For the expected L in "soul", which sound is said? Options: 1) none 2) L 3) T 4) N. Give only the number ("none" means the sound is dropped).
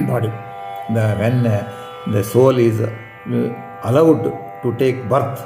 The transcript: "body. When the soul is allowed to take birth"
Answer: 2